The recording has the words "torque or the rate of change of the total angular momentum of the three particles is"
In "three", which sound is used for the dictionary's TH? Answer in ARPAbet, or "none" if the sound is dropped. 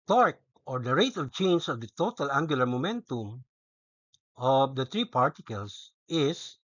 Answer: T